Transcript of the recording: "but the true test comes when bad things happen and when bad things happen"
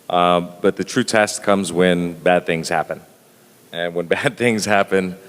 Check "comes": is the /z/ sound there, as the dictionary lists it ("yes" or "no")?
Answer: yes